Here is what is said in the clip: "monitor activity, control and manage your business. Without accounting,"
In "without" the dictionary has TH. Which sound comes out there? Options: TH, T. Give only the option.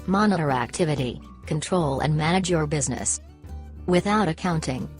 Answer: TH